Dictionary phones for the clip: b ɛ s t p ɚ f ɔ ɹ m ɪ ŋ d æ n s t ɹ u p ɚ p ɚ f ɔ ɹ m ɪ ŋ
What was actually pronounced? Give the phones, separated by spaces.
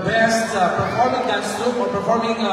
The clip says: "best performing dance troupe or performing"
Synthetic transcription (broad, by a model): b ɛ s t p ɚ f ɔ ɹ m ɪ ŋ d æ s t u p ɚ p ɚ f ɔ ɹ m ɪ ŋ